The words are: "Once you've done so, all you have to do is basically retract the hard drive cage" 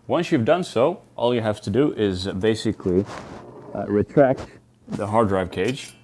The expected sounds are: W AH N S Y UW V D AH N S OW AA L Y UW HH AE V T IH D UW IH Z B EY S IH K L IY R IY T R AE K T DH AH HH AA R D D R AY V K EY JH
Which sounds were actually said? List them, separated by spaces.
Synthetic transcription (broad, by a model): W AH N S Y UW V D AH N S OW AA L Y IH HH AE F T IH D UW IH Z B EY S IH K L IY R IY T R AE K T DH AH HH AA R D D R AY V K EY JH